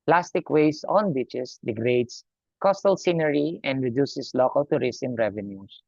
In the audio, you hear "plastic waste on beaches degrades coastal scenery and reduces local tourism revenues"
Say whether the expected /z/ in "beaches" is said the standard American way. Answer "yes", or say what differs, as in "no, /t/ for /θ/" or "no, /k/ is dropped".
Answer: no, /s/ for /z/